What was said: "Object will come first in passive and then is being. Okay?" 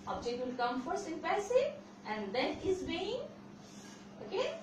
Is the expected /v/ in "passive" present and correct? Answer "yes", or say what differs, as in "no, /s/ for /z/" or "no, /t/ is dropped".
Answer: no, /v/ is dropped